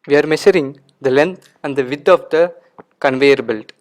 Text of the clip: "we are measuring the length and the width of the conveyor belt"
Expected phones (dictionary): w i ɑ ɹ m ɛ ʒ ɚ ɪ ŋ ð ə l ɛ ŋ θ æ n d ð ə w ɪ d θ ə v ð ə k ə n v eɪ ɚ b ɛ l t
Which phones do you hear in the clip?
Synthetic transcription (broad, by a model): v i ɑ ɹ m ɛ ʃ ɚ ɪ ŋ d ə l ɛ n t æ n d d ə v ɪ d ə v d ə k ə n v eɪ ɚ b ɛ l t